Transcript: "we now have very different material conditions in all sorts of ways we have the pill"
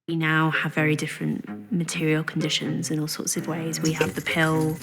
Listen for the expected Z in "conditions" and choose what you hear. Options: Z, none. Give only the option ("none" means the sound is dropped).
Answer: Z